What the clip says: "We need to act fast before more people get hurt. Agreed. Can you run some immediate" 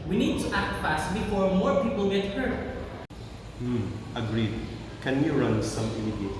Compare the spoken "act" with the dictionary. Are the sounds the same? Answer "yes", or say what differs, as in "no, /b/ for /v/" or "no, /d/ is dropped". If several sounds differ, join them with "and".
yes